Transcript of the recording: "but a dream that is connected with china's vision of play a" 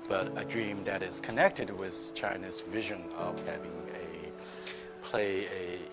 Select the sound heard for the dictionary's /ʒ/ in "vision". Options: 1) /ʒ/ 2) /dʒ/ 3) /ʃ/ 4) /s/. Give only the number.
1